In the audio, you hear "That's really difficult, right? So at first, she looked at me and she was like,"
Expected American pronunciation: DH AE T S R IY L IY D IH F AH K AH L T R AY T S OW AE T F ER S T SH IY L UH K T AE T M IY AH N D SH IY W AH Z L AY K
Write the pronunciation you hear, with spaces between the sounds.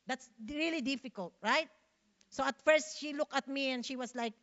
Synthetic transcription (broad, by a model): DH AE T S R IY L IY D IH F AH K AH L T R AY T S OW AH T F ER S T SH IY L UH K T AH T M IY AH N D SH IY W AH S L AY K